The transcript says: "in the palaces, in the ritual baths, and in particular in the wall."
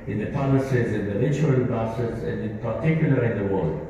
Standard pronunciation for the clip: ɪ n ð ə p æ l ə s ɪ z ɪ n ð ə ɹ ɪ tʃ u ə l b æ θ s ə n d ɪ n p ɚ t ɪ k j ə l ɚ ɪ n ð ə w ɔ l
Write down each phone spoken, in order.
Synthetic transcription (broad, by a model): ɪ n ð ə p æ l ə s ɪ z ɪ n ð ə l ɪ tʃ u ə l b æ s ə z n ɪ n p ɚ t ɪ k j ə l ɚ ɪ n ð ə w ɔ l